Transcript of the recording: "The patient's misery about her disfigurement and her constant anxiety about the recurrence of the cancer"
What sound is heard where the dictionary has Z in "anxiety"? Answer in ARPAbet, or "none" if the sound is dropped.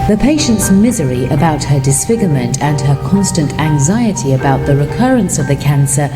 Z